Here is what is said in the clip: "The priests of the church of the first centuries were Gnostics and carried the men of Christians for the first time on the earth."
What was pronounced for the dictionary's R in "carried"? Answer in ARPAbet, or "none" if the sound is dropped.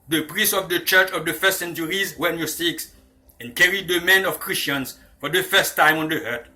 R